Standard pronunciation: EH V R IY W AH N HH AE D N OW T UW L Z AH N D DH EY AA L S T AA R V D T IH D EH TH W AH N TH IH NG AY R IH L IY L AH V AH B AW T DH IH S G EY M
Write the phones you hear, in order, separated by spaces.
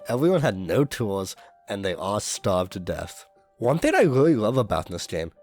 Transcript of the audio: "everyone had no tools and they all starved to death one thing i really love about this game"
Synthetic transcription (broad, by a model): EH V R IY W AH N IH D N OW T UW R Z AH N DH EY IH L S T AA R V T IH D EH TH W AH N TH IH NG AY R IH L IY L AH V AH B AW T DH IH S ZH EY M